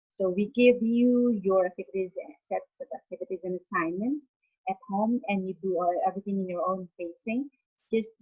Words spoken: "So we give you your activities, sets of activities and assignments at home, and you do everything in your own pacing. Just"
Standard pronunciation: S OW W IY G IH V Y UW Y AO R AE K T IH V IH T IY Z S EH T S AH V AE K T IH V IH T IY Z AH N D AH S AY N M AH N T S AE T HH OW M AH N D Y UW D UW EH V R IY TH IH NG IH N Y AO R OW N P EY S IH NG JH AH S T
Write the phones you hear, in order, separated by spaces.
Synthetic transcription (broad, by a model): S OW W IY G IH V Y UW Y AO R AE K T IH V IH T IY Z S EH T S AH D AE K T IH V IH T IY Z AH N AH S AY N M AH N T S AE T HH OW M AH N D Y UW D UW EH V R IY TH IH NG IH N Y AO R OW N F EY S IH NG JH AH S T